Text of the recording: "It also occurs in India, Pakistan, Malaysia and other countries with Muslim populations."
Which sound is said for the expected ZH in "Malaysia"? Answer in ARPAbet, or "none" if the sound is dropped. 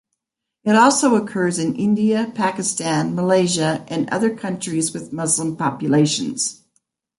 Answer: ZH